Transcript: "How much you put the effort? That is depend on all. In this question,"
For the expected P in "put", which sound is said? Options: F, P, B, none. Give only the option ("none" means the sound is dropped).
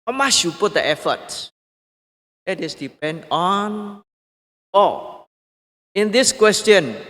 P